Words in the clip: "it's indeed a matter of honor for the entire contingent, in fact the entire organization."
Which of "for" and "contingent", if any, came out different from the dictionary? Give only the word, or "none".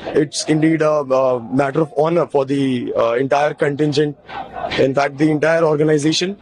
none